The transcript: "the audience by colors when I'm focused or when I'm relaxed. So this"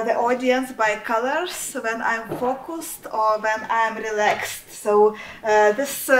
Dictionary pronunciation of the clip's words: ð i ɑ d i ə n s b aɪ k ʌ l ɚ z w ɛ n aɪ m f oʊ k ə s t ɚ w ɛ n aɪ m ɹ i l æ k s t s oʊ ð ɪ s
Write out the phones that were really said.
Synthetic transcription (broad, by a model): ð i ɑ d i ə n s b aɪ k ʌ l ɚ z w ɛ n aɪ m f oʊ k ə s t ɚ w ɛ n aɪ m ɹ i l æ k s t s oʊ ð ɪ s